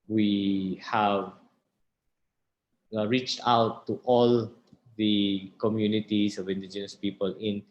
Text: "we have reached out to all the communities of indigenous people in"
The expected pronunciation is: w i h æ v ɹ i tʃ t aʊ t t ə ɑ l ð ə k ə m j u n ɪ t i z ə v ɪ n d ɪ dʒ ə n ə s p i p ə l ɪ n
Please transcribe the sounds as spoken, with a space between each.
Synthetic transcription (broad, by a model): w i h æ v ɹ i tʃ t aʊ t t ɑ l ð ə k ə m j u n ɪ t i s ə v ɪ n d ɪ dʒ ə n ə s p i p ə l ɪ n